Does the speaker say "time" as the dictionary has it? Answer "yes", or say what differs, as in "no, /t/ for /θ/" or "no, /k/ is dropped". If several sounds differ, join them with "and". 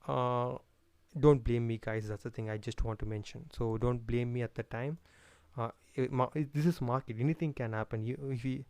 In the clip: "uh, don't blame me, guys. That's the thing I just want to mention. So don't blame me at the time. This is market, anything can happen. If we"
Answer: yes